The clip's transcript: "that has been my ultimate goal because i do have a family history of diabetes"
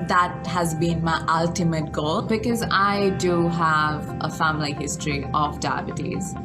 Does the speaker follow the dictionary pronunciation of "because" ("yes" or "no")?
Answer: yes